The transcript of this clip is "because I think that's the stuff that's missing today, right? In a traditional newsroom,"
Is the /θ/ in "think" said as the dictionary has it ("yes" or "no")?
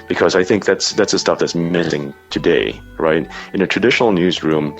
yes